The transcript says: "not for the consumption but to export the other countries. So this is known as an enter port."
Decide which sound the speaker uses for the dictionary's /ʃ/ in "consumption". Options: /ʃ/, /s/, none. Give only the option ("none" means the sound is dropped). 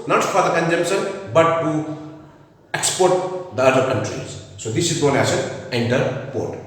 /s/